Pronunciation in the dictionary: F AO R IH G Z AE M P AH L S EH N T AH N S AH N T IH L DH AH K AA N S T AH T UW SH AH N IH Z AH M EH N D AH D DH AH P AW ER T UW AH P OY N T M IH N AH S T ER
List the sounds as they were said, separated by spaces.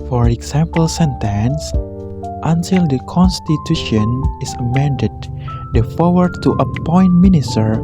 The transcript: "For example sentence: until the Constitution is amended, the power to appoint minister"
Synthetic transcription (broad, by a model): F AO R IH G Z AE M P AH L S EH N T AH N S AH N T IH L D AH K AA N S T AH T UW SH AH N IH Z AH M EH N D AH D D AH F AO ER T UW AH P OY N T M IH N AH S T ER